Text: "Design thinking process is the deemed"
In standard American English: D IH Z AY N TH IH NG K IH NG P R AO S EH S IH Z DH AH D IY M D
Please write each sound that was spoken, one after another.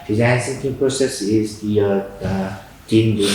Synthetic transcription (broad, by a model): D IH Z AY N S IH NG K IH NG P R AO S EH S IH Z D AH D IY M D